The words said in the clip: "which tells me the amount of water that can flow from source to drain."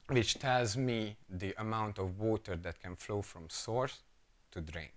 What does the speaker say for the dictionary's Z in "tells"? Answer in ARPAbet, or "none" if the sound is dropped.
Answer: Z